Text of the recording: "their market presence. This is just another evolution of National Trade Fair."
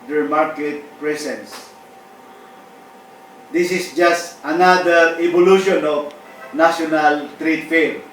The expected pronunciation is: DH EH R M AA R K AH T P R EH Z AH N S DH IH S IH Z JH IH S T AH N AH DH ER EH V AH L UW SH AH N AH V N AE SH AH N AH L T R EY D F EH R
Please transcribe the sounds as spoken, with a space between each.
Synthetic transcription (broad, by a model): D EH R M AA R K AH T P R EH S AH N S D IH S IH S JH IH S T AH N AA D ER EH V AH L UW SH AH N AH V N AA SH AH N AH L T R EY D F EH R